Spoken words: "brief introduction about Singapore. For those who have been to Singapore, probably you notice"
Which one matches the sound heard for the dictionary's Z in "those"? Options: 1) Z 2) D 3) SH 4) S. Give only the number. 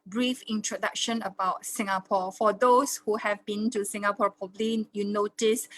4